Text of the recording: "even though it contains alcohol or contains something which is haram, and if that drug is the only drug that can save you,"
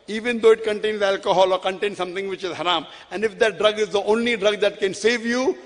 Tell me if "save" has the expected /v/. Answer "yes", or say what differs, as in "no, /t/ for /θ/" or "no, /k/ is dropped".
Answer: yes